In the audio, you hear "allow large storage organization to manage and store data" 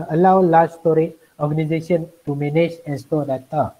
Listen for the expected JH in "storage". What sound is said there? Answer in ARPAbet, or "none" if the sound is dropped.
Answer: none